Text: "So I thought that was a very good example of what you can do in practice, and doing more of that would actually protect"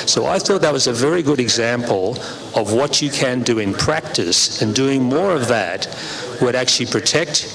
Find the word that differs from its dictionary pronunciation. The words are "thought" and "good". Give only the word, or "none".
none